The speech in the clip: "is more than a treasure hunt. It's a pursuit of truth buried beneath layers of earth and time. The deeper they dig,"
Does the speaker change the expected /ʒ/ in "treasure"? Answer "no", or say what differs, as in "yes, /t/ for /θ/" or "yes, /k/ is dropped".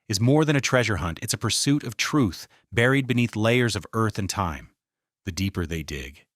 no